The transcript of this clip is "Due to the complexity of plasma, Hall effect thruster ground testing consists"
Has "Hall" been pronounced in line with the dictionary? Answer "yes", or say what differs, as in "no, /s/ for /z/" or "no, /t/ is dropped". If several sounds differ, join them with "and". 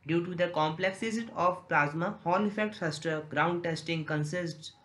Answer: no, /n/ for /l/